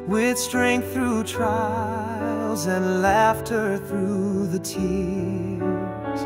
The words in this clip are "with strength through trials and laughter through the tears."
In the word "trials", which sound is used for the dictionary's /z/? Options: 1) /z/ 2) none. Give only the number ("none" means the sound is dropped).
1